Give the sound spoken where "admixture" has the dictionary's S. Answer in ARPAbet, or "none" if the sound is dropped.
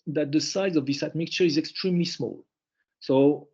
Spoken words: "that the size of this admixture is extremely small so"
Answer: none